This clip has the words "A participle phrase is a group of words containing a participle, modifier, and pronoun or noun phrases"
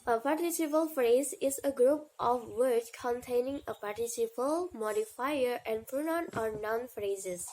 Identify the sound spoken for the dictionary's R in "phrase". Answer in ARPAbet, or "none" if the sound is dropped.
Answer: R